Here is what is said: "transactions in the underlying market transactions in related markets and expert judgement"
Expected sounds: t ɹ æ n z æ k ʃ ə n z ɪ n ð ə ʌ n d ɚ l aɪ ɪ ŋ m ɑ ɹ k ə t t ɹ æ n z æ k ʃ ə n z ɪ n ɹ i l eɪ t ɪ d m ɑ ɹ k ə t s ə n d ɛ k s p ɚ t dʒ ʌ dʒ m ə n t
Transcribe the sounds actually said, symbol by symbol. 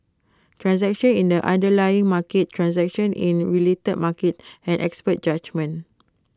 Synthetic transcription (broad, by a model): t ɹ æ n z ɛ k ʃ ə n ɪ n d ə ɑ n d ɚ l aɪ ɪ ŋ m ɑ k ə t t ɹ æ n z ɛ k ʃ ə n ɪ n ɹ i l eɪ t ɪ d m ɑ k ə t ə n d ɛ k s p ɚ t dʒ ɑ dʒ m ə n